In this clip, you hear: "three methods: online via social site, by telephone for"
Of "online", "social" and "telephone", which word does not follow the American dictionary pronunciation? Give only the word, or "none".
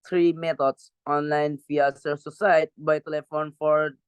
social